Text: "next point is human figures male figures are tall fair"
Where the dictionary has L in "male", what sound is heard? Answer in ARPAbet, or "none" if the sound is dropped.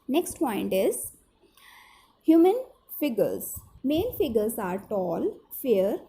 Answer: N